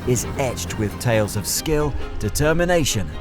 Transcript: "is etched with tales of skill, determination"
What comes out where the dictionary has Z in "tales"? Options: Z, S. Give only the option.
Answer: Z